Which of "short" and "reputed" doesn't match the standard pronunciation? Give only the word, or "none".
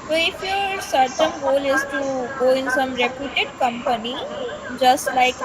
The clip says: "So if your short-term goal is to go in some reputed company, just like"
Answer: short